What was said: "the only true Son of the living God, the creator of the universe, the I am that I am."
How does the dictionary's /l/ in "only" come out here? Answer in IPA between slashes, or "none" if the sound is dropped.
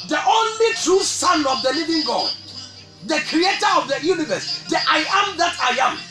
/l/